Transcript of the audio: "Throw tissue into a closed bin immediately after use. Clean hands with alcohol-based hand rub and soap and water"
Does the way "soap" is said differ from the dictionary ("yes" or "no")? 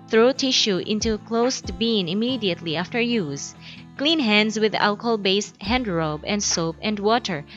no